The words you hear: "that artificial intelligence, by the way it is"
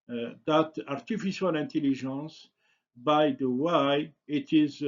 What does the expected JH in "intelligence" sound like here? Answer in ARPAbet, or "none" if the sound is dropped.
ZH